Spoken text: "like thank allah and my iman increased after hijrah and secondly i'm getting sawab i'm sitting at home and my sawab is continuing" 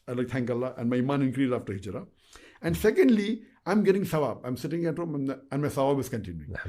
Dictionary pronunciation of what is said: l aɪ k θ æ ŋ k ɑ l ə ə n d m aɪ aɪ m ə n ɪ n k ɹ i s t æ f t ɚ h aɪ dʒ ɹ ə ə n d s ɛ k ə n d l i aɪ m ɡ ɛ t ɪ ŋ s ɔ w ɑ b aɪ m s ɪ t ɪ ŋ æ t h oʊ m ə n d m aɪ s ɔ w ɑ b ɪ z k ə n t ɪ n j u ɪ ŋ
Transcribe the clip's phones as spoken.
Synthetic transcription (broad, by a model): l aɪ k t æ ŋ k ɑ l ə ə n d m aɪ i m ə n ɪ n k ɹ i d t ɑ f t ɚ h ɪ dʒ ɹ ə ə n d s ɛ k ə n d l i aɪ m ɡ ɛ t ɪ ŋ s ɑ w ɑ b aɪ m s ɪ t ɪ ŋ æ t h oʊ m ə n d m aɪ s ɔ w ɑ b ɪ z k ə n t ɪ n j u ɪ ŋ